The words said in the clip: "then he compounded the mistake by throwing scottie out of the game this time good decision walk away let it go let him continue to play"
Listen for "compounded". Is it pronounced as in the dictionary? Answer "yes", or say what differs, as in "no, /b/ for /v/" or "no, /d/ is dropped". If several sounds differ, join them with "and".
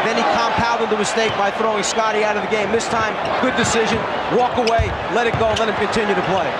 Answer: no, /l/ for /n/